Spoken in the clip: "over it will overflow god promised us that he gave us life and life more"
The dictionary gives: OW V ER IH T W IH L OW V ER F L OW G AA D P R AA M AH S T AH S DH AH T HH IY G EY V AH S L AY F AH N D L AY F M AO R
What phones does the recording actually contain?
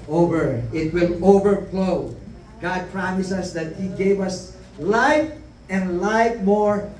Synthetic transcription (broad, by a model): OW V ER IH T W IH L OW V ER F L OW G AA D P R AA M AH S AH S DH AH T HH IY G EY V AH S L AY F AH N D L AY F M AO R